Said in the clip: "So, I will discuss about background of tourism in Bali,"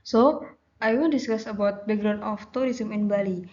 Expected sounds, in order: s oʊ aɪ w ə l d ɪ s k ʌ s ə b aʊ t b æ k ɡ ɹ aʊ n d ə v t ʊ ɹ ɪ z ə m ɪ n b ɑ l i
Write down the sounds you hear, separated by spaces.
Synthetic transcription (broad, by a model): s oʊ aɪ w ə n d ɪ s k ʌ s ə b aʊ t b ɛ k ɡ ɹ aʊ n ə f t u ɹ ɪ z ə m ɪ n b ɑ l i